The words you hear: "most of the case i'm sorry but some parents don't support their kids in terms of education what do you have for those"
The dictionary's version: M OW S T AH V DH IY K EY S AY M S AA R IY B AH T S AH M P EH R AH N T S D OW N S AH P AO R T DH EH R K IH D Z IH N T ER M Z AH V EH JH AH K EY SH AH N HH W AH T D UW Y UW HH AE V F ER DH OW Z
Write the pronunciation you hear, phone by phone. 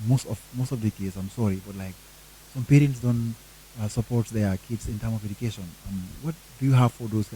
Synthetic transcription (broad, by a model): M OW S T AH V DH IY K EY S AY M S AA R IY B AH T S AH M P EH R AH N T S D OW N S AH P AO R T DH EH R K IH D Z IH N T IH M AH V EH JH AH K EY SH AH N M W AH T D UW Y UW HH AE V F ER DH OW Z